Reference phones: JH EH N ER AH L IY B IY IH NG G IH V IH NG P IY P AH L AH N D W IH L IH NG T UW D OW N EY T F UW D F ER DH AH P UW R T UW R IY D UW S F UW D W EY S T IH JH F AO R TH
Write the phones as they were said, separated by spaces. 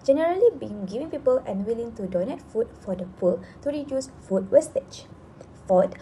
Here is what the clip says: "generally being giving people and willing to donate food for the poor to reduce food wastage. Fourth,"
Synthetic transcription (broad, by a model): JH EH N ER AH L IY B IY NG G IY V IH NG P IY P AH L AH N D W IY L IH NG T UW D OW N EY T F UW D F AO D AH P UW L T UW R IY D UW S F UW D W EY S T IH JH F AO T